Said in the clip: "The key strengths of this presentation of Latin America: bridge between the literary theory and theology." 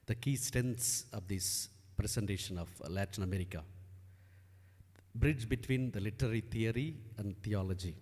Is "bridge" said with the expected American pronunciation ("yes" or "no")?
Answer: yes